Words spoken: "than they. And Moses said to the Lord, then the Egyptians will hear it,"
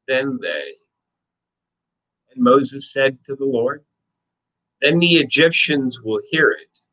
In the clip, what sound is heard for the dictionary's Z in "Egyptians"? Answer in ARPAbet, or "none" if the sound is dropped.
Z